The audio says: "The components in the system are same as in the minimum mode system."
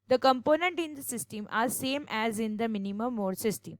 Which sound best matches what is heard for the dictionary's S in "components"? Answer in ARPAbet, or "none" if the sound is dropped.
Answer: none